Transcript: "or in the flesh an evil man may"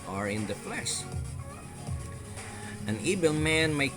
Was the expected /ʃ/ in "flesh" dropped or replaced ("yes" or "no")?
yes